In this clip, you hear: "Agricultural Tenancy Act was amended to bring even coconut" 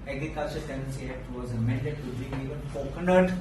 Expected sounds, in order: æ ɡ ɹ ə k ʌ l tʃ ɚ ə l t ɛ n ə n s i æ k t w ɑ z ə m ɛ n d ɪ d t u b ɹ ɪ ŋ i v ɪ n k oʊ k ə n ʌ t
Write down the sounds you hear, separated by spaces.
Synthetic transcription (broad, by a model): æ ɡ ɹ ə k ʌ l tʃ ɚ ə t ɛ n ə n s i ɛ t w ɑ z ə m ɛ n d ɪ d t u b ɪ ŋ i v ɪ n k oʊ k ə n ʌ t